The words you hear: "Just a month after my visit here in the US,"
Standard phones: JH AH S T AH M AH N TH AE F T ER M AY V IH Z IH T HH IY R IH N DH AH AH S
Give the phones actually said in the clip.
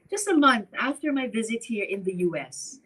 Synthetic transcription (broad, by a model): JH AH S T AH M AH N TH AE F T ER M AY V IH Z IH T HH IY R IH N DH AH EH S